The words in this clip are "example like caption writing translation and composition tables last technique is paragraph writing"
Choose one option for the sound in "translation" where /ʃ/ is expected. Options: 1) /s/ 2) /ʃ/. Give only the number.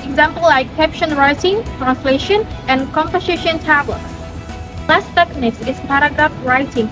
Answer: 2